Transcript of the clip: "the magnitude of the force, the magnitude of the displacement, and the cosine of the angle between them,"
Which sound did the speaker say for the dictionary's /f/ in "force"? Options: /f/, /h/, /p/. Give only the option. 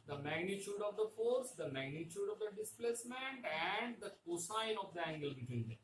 /f/